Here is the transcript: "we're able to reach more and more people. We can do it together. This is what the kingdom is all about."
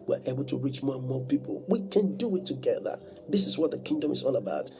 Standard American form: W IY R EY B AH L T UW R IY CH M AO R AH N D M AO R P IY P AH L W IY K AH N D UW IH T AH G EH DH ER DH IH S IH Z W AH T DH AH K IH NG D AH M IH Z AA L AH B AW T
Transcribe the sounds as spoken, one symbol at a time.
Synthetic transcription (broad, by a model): W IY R EY B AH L T UW R IY CH M AO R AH N M AO P IY P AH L W IY K AH N D UW IH T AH G EH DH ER DH IH S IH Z W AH T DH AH K IH NG D AH M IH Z AA L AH B AW T